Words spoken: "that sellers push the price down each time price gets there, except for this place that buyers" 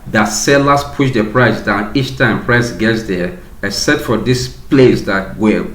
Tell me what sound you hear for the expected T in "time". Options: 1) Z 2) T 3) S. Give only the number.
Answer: 2